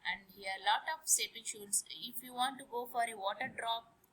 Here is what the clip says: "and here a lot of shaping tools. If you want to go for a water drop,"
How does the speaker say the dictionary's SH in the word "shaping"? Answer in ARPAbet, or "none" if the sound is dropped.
S